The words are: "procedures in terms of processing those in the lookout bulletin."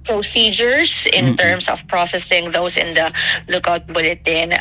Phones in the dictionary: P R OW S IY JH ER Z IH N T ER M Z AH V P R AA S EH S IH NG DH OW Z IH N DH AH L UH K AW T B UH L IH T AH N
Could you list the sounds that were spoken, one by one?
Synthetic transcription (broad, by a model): P R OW S IY JH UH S IH N T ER M S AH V P R AA S EH S IH NG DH OW S IH N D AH L UH K AW T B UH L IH T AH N